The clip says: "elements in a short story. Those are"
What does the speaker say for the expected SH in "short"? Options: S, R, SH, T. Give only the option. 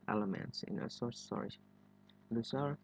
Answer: S